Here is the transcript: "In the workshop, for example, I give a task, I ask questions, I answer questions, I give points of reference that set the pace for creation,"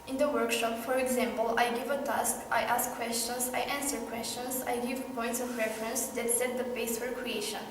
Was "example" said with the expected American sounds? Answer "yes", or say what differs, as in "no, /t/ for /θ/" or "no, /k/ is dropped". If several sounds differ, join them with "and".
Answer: yes